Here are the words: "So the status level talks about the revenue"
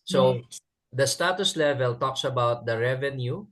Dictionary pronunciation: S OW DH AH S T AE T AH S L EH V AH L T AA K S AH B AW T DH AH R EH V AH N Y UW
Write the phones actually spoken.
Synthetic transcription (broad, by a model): S OW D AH S T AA T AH S L EH V AH L T AA K S AH B AW T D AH R EH V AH N Y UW